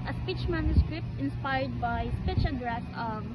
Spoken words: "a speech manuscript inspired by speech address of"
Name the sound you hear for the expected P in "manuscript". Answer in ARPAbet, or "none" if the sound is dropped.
P